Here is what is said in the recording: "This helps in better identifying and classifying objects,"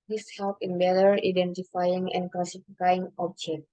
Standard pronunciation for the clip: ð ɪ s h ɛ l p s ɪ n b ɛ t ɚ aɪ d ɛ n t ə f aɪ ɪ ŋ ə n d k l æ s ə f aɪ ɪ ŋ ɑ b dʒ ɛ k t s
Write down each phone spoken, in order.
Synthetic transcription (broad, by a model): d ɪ s h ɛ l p ɪ n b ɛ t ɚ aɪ d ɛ n t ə f aɪ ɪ ŋ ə n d k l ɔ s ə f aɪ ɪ ŋ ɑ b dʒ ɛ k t